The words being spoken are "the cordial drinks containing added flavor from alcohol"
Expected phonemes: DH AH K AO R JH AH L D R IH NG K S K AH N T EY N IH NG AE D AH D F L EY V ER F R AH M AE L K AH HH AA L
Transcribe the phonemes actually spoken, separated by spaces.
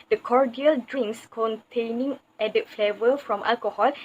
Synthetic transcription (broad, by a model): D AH K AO R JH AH L D R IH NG S K AH N T EY N IH NG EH D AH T F L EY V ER F R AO M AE L K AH HH AA L